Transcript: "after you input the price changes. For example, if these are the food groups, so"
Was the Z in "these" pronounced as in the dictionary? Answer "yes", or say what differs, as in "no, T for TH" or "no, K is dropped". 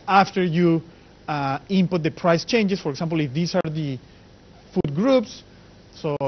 no, S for Z